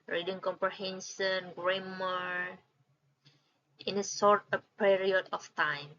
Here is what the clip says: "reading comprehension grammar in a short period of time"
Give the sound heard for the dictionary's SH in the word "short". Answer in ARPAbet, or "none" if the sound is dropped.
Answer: S